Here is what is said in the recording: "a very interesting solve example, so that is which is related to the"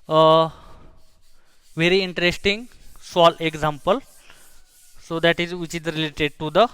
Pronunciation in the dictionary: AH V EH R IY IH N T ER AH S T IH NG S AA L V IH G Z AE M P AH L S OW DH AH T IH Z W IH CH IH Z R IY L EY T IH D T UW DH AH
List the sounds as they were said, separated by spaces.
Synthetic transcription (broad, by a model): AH V EH R IY IH N T ER AH S T IH NG S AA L IH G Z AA M P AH L S OW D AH T IH Z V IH CH IH Z R IY L EY T IH D T UW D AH